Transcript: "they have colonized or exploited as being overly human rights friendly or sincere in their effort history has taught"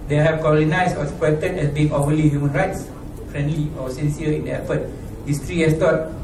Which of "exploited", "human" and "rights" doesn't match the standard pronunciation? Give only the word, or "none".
exploited